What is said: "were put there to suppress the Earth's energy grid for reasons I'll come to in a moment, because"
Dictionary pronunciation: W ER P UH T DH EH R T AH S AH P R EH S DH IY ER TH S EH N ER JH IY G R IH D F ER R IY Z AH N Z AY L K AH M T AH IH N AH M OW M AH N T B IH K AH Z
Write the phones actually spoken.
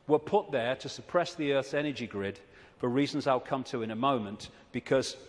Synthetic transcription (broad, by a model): W ER P UH T DH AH R T AH S AH P R EH S DH IY ER TH S EH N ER JH IY G R IH D F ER R IY Z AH N Z AY L K AH M T AH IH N AH M OW M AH N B IH K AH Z